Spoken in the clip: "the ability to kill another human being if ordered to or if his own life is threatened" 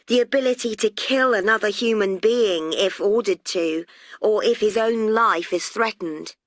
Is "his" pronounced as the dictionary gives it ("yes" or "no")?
yes